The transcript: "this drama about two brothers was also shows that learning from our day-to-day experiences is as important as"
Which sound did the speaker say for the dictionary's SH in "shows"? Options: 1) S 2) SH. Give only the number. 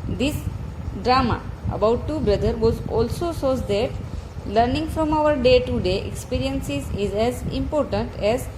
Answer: 1